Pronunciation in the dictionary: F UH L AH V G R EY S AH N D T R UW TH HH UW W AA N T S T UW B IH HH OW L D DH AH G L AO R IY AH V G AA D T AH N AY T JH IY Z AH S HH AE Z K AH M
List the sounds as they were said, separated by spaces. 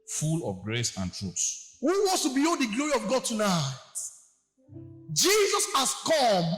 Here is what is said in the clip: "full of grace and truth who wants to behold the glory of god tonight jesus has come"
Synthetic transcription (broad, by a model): F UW L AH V G R EY S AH N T R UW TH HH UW W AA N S T UW B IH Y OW D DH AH G L AO R IY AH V G AA D T AH N AY T JH IY Z AH S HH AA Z K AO M